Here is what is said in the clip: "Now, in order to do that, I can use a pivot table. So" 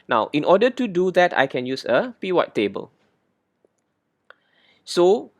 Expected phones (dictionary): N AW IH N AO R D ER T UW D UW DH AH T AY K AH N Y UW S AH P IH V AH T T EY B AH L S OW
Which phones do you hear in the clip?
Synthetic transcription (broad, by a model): N AW IH N AO D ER T UW D UW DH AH T AY K AH N Y UW S AH P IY W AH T T EY B AH L S OW